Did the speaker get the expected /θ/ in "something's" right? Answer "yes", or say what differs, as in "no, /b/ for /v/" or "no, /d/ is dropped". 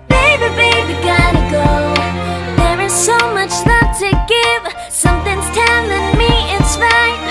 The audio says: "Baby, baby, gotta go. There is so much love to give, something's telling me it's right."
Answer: yes